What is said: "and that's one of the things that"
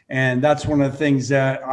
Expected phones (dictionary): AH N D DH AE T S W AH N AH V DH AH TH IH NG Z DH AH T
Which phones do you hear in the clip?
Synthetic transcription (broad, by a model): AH N DH AE T S W AH N AH V DH AH TH IH NG Z DH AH T